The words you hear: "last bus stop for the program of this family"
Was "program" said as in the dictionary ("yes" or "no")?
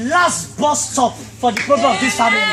no